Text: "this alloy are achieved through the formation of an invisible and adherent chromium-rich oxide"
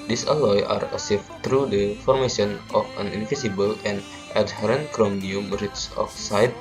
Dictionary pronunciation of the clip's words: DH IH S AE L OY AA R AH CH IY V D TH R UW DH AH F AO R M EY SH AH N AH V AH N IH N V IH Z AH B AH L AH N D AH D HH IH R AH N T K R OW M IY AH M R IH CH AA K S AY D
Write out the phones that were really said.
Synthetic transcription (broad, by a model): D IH S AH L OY AA R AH S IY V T R UW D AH F AO R M EY SH AH N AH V AH N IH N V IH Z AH B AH L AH N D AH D HH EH R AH N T K R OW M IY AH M R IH S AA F S AY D